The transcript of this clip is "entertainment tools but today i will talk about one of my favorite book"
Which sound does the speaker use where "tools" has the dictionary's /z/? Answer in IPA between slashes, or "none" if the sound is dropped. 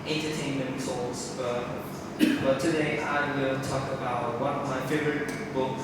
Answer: /s/